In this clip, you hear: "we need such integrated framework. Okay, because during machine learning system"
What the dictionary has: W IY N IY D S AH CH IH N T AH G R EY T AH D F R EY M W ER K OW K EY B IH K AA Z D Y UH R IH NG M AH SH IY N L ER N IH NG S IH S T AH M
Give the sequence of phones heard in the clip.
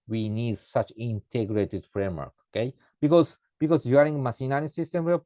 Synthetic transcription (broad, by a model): W IY N IY D S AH CH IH N T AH G R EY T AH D F R EY M W ER K OW K EY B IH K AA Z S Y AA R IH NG M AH S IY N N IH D S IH S T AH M